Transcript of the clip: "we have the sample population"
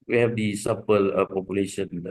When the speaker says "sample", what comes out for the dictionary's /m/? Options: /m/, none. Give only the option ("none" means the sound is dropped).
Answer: none